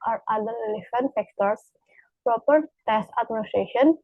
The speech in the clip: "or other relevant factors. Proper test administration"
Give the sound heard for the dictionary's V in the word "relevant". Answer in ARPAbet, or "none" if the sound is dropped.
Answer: F